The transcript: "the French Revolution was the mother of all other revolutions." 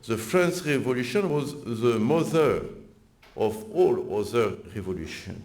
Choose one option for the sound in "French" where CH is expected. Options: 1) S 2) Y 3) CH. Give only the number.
1